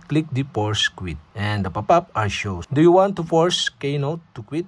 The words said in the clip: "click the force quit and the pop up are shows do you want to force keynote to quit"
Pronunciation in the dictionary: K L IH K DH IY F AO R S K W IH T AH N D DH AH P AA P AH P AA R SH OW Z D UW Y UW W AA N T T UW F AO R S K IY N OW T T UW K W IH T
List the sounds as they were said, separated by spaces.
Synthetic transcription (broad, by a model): K L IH K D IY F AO R S K W IH T AH N D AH P AA P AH P AA R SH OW D UW Y UW W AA N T T UW F AO R S K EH N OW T T UW K W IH T